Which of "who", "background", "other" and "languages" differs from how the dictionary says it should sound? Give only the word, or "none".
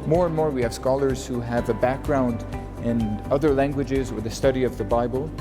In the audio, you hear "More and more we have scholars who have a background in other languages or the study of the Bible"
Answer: none